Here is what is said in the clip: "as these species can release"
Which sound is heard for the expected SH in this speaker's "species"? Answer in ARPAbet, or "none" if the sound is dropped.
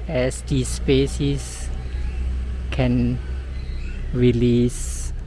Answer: S